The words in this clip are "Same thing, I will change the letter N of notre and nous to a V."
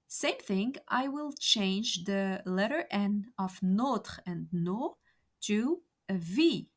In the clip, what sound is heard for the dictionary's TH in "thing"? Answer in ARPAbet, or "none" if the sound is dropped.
TH